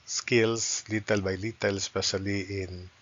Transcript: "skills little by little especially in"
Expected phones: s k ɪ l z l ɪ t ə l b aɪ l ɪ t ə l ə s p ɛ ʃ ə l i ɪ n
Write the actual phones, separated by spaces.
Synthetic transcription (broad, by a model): s k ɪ l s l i t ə l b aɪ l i t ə l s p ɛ s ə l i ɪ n